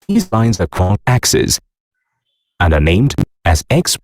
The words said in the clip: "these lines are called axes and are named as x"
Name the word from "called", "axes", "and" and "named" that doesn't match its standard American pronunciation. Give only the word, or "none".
called